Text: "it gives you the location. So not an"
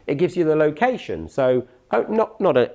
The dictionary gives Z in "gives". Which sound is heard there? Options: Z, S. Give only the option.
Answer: Z